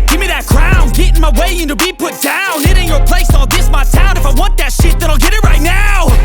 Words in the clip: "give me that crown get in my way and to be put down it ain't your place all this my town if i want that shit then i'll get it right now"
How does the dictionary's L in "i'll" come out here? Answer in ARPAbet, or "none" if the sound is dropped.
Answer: L